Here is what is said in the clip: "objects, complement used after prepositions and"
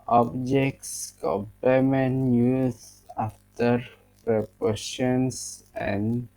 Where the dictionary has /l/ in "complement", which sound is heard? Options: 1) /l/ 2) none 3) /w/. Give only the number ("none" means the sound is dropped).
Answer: 2